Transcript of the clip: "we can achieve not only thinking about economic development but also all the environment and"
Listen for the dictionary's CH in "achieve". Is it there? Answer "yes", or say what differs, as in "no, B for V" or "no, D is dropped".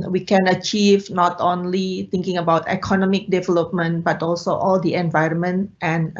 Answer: yes